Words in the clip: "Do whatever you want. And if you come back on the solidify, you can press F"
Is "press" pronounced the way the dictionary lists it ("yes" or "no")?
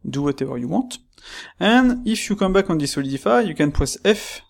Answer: no